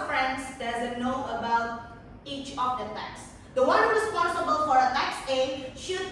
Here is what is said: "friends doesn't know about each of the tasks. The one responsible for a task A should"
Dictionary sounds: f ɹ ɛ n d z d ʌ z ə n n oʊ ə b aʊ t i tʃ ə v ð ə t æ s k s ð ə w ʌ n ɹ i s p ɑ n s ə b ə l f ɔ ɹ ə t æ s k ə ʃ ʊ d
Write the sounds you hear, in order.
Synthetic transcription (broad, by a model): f ɹ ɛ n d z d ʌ z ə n n oʊ ə b aʊ t i tʃ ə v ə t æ k s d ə w ʌ n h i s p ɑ s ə b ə l f ɔ ɹ ə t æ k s ə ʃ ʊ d